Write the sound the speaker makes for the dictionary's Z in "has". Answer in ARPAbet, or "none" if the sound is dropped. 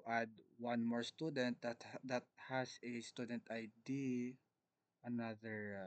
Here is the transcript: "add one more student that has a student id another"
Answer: S